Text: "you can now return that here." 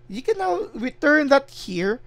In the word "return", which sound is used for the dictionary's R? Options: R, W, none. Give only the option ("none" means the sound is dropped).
W